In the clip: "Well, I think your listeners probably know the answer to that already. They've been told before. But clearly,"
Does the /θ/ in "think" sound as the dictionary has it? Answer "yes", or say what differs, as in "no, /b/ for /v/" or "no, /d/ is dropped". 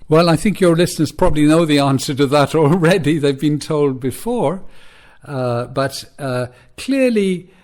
yes